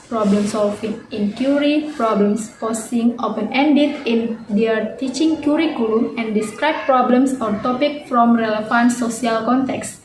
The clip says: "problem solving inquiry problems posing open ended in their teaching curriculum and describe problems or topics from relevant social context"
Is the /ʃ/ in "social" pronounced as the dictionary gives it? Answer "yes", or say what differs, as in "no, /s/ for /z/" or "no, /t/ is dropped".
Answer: no, /s/ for /ʃ/